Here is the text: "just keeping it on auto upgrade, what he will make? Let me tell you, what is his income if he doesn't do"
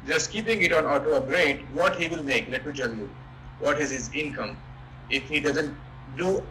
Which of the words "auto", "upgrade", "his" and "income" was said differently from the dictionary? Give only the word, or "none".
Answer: upgrade